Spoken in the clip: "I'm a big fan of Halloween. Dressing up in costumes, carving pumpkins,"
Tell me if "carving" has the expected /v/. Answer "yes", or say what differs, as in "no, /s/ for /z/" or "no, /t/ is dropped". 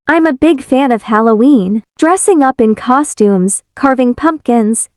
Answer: yes